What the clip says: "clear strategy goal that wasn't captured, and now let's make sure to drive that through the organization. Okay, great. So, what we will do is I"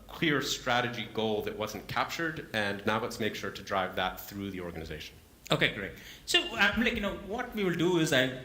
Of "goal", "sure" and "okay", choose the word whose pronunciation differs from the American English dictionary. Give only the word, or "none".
none